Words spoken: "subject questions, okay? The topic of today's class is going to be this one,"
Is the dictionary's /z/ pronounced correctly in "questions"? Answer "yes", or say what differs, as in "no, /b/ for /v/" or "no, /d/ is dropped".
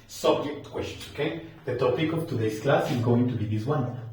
no, /z/ is dropped